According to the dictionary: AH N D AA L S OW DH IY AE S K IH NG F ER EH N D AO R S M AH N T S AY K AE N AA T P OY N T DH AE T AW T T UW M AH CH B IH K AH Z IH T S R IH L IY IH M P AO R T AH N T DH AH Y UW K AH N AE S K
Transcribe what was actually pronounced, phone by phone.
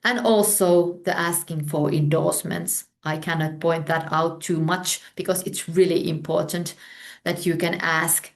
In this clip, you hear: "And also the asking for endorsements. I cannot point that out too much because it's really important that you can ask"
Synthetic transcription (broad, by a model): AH N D AA L S OW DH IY AE S K IH NG F ER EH N D AO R S M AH N T S AY K AE N AA T P OY N T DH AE T AW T T UW M AH CH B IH K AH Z IH T S R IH L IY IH M P AO R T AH N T DH AH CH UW K AH N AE S K